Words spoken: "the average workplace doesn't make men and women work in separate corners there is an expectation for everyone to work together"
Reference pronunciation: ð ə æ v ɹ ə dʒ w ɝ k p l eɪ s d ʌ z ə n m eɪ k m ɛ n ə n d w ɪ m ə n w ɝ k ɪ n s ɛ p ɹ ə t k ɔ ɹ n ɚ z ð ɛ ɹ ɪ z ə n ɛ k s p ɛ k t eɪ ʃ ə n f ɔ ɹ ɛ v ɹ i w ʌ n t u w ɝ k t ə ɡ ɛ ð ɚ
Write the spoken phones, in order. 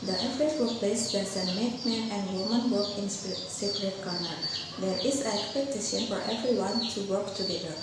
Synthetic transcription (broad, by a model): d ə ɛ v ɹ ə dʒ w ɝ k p l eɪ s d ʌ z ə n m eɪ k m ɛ ə n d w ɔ m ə n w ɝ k ɪ n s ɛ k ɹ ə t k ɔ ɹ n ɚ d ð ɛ ɹ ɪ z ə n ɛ k s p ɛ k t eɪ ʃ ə n f ɔ ɹ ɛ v ɹ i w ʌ n t u w ɝ k t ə ɡ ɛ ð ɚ